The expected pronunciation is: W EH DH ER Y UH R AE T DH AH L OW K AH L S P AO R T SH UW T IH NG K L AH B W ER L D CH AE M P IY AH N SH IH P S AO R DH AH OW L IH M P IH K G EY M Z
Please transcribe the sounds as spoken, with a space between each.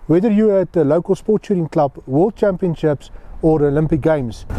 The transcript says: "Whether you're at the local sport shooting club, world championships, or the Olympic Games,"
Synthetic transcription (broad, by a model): W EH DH ER Y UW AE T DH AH L OW K AH L S P AO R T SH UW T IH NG K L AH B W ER L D CH AE M P IY AH N SH IH P S AO R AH OW L IH M P IH K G EY M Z